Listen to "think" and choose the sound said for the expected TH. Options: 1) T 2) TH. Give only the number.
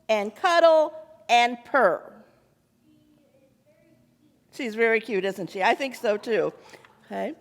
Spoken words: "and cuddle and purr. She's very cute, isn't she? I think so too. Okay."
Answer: 2